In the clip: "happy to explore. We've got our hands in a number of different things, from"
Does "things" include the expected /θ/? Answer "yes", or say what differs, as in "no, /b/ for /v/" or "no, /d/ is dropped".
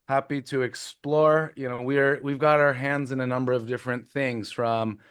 yes